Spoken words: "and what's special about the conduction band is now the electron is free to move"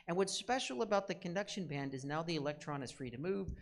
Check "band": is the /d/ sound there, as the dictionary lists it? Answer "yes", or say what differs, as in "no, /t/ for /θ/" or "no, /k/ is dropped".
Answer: yes